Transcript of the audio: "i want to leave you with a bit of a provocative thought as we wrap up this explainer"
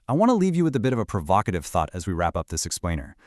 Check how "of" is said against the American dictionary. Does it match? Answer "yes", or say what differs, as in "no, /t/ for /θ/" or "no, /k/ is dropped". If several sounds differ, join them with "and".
yes